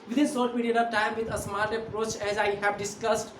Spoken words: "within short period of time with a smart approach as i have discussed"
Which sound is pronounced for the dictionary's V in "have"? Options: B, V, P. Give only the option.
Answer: B